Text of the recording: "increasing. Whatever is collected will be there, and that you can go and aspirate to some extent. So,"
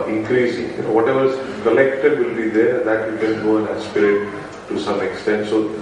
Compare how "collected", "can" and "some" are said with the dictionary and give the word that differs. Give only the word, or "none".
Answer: none